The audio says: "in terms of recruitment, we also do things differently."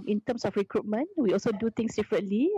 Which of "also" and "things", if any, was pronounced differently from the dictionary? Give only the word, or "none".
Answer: things